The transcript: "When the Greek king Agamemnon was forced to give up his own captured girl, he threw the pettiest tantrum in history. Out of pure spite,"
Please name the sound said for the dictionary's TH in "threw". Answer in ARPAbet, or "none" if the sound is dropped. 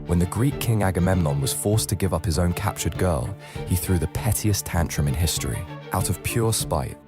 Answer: TH